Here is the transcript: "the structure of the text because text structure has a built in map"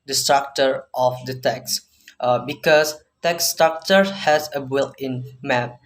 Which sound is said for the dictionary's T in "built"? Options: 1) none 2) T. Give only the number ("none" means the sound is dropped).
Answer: 1